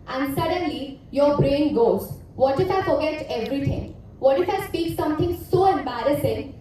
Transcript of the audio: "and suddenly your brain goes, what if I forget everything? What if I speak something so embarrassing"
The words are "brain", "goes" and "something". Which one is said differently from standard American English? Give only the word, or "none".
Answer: something